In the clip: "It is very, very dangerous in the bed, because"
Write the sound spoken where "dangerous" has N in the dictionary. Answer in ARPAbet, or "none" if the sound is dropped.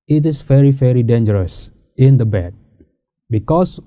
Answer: N